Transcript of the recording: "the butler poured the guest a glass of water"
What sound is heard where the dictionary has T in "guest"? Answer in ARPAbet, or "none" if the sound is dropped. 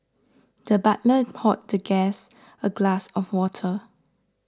none